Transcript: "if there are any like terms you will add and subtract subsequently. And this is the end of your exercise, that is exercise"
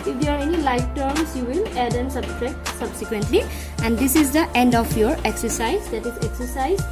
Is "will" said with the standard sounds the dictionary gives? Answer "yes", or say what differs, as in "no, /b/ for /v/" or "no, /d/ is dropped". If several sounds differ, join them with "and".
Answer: yes